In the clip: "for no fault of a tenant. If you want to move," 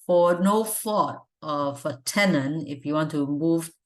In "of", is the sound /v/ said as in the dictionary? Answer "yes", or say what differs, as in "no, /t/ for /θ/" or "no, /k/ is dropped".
no, /f/ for /v/